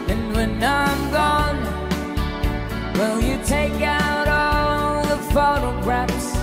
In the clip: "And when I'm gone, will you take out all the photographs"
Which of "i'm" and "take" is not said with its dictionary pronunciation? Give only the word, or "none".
none